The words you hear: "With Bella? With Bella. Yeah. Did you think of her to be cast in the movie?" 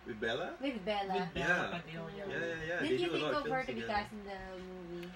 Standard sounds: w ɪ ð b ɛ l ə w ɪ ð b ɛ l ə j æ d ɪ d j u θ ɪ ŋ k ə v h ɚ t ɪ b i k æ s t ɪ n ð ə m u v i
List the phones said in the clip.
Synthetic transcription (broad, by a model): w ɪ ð b ɛ l ə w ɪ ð b ɛ l ə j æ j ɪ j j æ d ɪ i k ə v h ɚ t ɪ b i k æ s ɪ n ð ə m u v i